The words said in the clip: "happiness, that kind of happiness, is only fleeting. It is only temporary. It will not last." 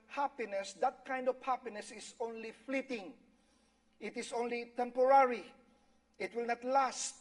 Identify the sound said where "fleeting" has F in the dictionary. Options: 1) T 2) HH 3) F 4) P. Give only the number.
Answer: 3